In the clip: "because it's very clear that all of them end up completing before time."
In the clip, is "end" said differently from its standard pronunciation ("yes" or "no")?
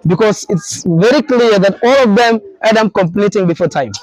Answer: yes